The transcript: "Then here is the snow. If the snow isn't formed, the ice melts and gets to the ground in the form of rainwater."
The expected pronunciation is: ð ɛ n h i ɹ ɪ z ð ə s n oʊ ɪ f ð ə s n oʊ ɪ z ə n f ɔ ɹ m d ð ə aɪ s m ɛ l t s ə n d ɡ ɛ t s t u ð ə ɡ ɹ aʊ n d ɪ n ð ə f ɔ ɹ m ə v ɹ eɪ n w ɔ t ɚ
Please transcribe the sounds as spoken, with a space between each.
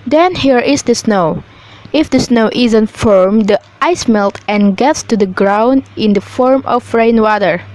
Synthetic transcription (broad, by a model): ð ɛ n h i ɹ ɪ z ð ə s n oʊ ɪ f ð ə s n oʊ ɪ z ə n f ɔ ɹ m d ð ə aɪ s m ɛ l t ə n ɡ ɛ t s t u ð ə ɡ ɹ aʊ n d ɪ n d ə f ɔ ɹ m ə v ɹ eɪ n w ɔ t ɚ